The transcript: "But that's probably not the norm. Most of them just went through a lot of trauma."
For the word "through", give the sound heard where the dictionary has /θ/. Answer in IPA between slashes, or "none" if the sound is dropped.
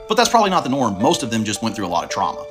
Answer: /θ/